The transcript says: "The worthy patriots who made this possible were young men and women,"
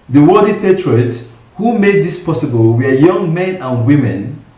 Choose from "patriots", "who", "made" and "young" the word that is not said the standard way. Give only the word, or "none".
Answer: patriots